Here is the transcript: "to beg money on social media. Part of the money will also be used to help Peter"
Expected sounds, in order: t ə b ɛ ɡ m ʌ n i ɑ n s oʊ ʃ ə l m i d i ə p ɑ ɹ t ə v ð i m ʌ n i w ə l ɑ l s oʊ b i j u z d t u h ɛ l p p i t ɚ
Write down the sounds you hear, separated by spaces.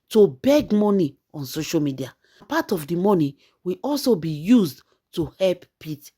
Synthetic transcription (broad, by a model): t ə b ɛ ɡ m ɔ n i ɑ n s oʊ ʃ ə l m i d i ə p ɑ t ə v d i m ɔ n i w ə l ɑ l s oʊ b i j u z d t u h ɛ l p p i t